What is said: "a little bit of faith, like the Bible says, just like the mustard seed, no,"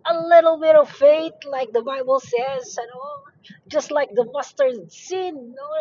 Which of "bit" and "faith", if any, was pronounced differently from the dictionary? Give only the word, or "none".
faith